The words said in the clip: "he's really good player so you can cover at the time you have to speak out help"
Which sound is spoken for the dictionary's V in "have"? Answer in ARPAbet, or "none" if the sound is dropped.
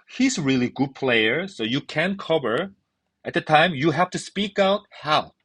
F